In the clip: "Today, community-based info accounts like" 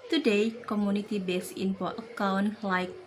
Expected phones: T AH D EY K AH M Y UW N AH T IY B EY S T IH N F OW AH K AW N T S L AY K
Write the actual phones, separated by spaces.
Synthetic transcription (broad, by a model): T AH D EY K AH M Y UW N AH T IY B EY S IH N P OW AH K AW N L AY K